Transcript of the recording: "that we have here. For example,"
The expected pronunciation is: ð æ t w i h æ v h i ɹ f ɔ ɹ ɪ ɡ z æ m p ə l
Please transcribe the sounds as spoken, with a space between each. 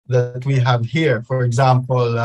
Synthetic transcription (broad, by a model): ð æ t w i h æ v h i ɹ f ɔ ɹ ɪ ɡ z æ m p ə l